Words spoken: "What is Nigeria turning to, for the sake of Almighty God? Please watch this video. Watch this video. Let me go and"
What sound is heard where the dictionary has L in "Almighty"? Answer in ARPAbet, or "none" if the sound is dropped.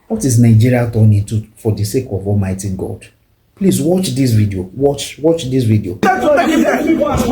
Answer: L